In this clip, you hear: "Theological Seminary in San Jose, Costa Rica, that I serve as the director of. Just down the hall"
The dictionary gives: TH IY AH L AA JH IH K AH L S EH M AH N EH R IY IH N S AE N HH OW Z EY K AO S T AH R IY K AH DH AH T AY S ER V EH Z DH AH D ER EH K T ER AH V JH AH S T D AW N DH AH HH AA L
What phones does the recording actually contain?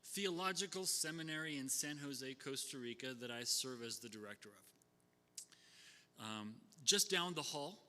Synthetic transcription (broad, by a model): TH IY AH L AA JH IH K L S EH M AH N EH R IY IH N S AE N HH OW Z EY K AO S T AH R IY K AH DH AH T AY S ER V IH Z DH AH D ER EH K T ER AH V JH AH S D AW N DH AH HH AA L